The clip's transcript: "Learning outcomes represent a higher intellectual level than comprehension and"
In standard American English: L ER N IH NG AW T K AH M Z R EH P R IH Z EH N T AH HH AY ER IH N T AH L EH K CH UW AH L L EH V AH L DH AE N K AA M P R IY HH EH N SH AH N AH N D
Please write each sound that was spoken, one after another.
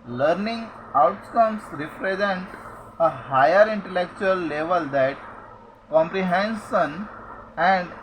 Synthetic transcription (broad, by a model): L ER N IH NG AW T K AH M S R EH P R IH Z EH N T AH HH AY ER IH N T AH L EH K CH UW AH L L EH V AH L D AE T K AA M P R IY HH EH N S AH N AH N D